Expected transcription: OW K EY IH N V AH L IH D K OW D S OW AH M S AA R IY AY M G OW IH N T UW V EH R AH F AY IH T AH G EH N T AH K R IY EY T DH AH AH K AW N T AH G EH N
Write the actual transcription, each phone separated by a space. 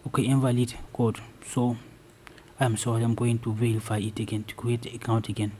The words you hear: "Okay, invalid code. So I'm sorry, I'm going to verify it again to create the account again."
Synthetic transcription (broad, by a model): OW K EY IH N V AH L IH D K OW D S OW AH M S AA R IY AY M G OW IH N T UW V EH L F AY IH T AH G EH N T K IY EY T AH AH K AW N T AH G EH N